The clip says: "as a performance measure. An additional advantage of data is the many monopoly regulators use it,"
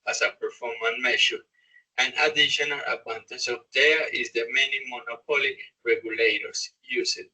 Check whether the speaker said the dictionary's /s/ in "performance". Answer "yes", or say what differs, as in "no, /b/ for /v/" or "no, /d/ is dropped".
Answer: no, /s/ is dropped